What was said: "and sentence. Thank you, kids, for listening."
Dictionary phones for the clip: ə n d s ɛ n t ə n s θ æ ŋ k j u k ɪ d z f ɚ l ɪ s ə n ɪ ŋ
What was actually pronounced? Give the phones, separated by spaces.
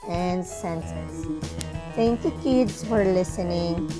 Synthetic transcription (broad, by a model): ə n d s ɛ n s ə s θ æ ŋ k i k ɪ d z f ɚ l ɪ s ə n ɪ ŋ